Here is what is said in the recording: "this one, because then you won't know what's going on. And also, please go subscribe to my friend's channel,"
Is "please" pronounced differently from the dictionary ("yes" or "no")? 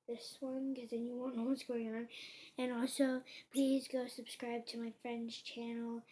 no